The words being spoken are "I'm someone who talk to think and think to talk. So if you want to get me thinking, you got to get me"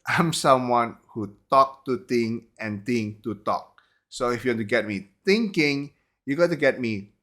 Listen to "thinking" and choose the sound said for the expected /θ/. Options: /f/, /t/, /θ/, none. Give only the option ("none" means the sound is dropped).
/t/